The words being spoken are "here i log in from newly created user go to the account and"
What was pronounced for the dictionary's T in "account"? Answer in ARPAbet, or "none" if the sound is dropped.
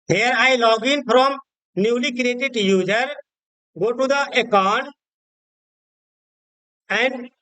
none